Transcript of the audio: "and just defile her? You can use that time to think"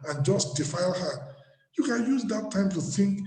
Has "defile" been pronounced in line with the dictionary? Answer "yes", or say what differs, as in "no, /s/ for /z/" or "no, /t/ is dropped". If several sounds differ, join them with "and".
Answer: yes